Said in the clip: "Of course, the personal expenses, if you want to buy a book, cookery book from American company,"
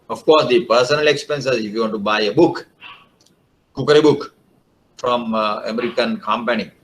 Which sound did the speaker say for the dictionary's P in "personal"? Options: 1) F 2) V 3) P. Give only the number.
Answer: 3